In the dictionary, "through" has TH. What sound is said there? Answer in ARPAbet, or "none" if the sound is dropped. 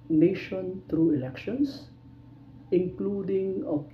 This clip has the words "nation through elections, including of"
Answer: T